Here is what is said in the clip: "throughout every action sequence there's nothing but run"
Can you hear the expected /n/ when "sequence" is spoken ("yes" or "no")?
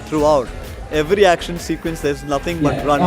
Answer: yes